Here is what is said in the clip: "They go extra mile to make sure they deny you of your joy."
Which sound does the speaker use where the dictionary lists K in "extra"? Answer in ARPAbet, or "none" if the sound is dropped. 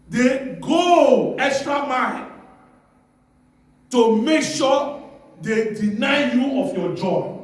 K